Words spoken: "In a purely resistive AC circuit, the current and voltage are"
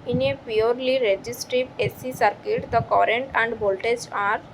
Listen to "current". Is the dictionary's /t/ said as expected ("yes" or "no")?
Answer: yes